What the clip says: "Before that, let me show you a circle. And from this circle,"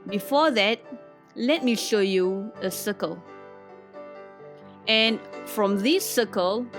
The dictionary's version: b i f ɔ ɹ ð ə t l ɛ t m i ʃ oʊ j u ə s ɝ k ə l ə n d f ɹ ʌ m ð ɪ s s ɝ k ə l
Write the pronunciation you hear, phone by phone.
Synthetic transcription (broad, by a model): b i f ɔ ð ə t l ɛ t m i ʃ oʊ j u ə s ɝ k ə l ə n f ɹ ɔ m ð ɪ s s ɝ k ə l